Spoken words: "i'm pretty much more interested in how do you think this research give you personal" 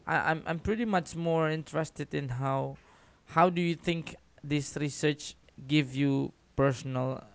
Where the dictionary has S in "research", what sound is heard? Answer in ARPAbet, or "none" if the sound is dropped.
S